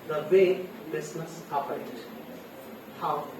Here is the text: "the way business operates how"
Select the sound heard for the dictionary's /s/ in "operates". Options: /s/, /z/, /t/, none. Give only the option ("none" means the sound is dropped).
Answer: none